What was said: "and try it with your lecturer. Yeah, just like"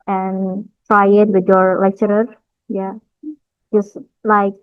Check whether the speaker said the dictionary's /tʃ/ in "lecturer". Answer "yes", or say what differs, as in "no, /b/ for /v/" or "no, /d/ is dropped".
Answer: yes